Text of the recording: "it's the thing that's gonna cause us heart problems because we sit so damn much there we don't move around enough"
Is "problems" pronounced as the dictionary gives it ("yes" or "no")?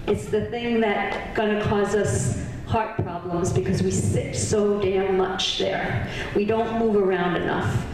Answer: yes